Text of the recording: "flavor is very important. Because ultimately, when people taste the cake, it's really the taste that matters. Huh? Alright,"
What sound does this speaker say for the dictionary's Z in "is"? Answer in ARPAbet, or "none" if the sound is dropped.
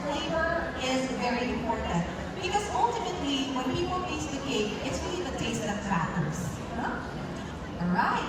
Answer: Z